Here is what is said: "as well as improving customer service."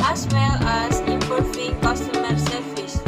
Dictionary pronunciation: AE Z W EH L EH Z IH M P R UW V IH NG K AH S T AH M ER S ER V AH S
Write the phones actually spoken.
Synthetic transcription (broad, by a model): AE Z W EH L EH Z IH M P UW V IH K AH S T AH M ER S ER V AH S